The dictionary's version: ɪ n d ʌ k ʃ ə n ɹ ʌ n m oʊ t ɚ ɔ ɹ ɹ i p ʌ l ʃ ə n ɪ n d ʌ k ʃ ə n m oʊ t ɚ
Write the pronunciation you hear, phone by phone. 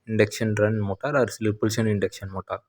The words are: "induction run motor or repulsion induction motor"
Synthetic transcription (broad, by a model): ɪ n d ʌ k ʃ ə n ɹ ʌ n m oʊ t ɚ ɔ ɹ l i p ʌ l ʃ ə n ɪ n d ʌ k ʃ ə n m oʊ t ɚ